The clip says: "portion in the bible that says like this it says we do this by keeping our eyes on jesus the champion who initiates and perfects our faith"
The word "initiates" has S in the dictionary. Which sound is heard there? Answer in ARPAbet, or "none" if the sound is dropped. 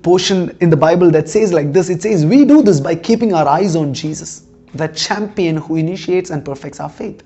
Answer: S